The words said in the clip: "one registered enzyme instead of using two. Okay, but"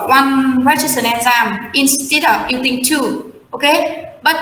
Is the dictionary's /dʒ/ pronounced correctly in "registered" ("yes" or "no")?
no